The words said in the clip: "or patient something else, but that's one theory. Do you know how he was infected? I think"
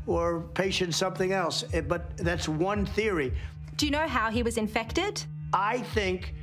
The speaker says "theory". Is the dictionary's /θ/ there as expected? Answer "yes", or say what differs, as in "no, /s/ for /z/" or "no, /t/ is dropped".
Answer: yes